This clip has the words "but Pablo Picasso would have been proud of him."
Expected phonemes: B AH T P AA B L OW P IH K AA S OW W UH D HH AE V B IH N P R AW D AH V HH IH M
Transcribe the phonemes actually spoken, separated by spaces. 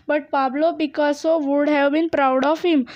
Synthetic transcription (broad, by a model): B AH T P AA B L OW B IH K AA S OW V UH D HH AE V B IH N P R AW D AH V HH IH M